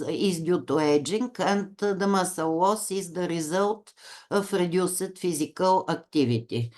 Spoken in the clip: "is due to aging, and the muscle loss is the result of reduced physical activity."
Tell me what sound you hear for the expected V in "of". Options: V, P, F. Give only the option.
F